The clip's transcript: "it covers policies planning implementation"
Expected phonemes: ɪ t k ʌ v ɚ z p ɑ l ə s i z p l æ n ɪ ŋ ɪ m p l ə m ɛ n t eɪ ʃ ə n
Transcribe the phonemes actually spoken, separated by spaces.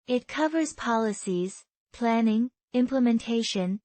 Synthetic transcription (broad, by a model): ɪ t k ʌ v ɚ z p ɑ l ə s i z p l æ n ɪ ŋ ɪ m p l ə m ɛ n t eɪ ʃ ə n